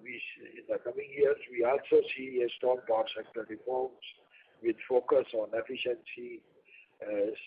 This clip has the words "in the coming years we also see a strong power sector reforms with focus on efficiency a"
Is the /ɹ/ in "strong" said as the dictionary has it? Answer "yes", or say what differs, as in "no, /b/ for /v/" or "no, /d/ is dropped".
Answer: no, /ɹ/ is dropped